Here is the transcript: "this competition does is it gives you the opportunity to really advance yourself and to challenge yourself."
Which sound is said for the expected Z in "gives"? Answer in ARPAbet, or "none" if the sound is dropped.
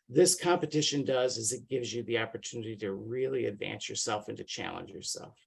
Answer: Z